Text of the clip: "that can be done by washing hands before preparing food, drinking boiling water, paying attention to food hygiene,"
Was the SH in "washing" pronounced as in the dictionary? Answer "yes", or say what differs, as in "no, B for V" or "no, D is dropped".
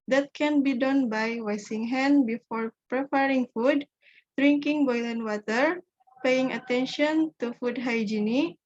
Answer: no, S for SH